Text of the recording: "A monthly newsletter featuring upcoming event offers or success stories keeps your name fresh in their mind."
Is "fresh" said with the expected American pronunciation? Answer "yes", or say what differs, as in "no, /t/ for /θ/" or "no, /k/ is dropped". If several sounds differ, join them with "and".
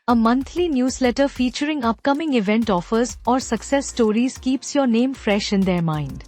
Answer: yes